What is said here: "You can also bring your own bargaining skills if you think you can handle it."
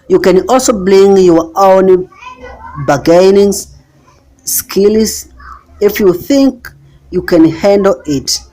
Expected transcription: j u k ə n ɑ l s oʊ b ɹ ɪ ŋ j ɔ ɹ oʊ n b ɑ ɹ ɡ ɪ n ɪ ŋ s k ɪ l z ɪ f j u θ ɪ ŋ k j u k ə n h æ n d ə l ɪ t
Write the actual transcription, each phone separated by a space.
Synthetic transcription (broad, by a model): j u k ə n ɑ l s oʊ b l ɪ ŋ j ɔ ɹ oʊ n b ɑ ɡ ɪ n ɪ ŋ s k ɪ l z ɪ f j u θ ɪ ŋ k j u k ə n h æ n d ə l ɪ t